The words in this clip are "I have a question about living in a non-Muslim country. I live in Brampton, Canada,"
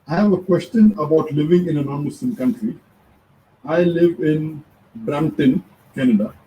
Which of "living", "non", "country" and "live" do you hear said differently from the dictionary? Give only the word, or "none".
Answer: none